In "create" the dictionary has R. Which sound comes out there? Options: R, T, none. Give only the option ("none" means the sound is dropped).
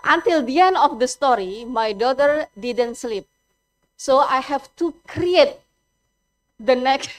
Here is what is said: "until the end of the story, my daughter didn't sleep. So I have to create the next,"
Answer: R